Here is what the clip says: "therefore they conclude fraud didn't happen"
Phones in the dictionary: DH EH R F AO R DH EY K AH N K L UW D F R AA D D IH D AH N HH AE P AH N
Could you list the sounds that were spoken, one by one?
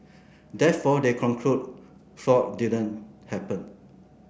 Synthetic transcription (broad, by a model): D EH F AO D EY K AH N K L UW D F AA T D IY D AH N HH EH P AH N